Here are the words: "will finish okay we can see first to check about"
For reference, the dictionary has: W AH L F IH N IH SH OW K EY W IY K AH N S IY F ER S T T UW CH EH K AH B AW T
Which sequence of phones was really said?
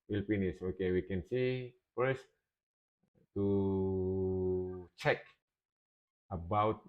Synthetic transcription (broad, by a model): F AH L P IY N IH S OW K EY W IY K AH N S IY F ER S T T UW CH EH K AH B AW T